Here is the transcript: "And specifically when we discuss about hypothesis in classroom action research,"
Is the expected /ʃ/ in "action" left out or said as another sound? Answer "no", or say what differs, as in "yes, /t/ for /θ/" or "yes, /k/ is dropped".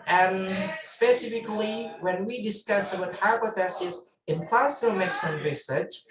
yes, /s/ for /ʃ/